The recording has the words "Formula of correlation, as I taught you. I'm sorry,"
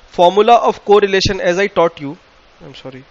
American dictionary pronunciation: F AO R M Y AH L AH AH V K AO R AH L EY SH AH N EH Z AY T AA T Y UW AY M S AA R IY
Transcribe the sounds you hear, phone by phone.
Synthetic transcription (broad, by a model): F AO R M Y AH L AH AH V K AO R AH L EY SH AH N EH Z AY T AA T Y UW AY M S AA R IY